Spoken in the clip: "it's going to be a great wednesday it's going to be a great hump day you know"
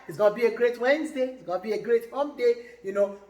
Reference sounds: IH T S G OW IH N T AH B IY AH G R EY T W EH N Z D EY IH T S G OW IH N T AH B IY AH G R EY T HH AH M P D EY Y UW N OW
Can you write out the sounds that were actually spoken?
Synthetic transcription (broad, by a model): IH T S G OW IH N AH B IY AH G R EY T W EH N Z D EY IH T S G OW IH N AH B IY AH G R EY T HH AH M D EY Y UW N OW